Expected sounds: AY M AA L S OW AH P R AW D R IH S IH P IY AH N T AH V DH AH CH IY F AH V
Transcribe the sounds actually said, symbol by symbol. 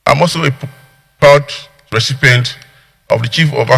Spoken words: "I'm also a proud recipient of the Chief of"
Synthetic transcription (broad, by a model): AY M AA L S OW AH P AW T R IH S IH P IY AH N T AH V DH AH CH IY F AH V